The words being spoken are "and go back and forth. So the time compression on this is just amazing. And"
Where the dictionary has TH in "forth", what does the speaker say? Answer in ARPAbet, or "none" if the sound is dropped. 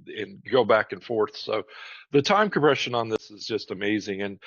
TH